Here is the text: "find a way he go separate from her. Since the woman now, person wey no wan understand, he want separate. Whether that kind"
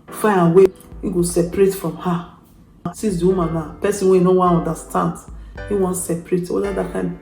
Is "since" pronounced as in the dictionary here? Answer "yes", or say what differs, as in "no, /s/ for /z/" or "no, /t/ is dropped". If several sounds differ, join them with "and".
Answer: no, /n/ is dropped